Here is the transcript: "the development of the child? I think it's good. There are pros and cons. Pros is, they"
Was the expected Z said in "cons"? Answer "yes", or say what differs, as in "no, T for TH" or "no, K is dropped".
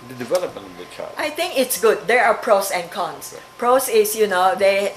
no, S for Z